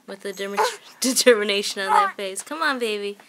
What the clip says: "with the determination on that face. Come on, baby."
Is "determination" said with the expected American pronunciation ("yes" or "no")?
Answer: yes